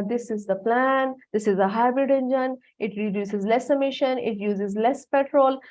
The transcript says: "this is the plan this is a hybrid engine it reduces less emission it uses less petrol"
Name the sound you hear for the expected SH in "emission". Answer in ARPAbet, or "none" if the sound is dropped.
SH